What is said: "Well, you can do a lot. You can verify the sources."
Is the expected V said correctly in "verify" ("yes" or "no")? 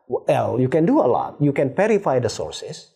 no